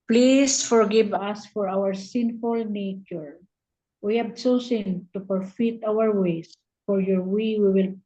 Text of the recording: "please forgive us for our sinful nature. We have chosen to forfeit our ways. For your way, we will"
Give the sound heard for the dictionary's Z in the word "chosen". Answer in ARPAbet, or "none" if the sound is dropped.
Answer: S